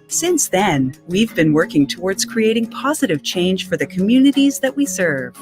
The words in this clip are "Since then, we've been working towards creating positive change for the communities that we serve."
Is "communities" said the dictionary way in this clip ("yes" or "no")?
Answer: yes